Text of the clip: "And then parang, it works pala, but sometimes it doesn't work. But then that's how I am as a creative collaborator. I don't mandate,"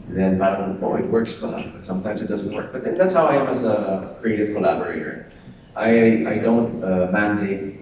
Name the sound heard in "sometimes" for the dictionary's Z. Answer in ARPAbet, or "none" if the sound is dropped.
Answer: Z